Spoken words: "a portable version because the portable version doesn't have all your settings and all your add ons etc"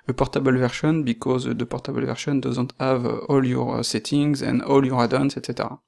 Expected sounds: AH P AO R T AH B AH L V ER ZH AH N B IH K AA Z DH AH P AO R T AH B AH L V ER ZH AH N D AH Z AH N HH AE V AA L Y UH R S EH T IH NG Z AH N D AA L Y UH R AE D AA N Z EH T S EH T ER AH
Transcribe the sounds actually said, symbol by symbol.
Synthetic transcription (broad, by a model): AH P AO R T AH B AH L V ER SH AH N B IH K AA Z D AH P AO R T AH B AH L V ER SH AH N D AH Z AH N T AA V AA L Y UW R S EH T IH NG Z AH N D AA L Y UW R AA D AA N S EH T S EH T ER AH